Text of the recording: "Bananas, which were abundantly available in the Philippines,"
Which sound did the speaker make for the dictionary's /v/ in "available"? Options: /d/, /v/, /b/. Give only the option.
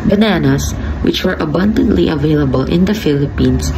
/v/